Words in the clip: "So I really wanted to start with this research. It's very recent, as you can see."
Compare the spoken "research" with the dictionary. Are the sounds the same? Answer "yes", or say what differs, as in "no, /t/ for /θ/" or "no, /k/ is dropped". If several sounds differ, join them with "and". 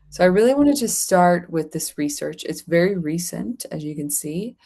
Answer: yes